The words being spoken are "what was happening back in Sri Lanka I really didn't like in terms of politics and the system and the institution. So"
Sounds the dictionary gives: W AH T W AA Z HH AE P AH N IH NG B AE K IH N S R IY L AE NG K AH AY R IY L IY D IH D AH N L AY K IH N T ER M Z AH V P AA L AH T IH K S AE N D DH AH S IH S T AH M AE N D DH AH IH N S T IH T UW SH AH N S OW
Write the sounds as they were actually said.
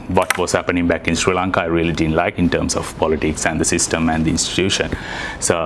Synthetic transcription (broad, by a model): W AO T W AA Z HH AE P AH N IH NG B AE K IH N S R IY L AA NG K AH AY R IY L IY D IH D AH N L AY K IH N T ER M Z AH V P AA L AH T IH K S AE N D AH S IH S T AH M AE N D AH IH N S T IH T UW SH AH N S OW